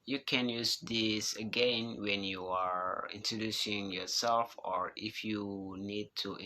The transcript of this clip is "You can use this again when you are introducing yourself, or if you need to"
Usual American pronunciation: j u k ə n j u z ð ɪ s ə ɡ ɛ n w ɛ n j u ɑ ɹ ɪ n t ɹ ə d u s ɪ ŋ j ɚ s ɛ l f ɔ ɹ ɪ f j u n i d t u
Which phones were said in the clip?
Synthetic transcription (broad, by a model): j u k ə n j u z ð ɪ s ə ɡ ɛ n w ɛ n j u ɑ ɹ ɪ n t ɹ ə d u s ɪ ŋ j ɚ s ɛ l f ɔ ɹ ɪ f j u n i d t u